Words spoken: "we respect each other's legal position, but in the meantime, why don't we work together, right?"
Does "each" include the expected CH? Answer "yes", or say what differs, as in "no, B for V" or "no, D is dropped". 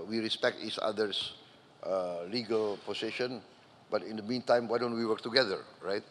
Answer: no, S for CH